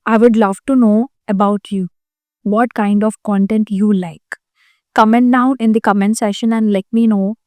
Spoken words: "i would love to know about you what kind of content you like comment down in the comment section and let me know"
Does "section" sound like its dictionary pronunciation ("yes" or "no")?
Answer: no